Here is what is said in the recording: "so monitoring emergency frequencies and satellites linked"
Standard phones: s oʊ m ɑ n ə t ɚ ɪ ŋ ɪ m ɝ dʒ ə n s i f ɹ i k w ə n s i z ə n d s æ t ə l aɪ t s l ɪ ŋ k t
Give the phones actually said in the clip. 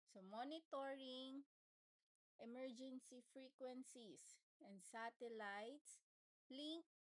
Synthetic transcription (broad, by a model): s oʊ m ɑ n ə t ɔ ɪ ŋ ɪ m ɝ dʒ ə n s i f ɹ i k w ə n s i s ə n d s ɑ t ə l aɪ t s l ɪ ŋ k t